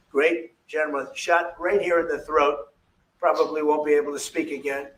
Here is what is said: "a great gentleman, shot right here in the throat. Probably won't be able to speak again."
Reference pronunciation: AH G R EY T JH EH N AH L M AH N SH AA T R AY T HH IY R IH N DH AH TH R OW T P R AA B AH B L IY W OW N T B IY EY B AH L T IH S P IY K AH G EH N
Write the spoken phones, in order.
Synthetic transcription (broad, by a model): G R EY T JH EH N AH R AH SH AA T R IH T HH IY R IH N DH AH TH R OW T P R AA B AH B L IY W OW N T B IY EY B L T IH S P IY K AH G EH N